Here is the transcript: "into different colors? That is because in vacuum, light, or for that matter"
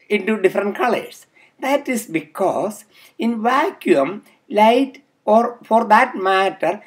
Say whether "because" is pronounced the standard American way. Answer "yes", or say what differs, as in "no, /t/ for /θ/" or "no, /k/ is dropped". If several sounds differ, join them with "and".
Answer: no, /s/ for /z/